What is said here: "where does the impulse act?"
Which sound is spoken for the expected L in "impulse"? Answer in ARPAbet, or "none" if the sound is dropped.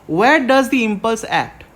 L